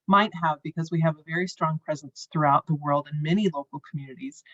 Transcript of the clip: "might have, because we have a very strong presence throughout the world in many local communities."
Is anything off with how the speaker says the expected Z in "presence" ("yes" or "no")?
no